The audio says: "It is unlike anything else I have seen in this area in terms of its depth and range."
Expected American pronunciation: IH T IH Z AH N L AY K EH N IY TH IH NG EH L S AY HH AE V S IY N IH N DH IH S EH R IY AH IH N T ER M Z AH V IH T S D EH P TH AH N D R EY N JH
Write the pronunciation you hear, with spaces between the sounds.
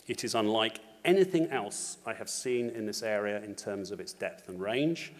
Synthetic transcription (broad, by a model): IH T IH Z AH N L AY K EH N IY TH IH NG EH L S AY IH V S IY N IH N DH IH S EH R IY AH IH N T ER M Z AH V IH T S D EH P TH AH N R EY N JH